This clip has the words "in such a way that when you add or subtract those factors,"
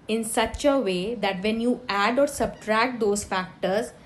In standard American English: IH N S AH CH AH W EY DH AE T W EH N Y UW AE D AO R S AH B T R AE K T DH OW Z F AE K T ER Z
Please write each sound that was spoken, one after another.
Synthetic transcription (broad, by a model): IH N S AH CH AH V EY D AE T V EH N Y UW AE D AO R S AH B T R AE K T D OW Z F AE K T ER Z